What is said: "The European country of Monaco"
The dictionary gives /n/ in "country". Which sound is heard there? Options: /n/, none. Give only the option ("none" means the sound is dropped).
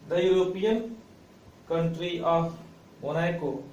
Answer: /n/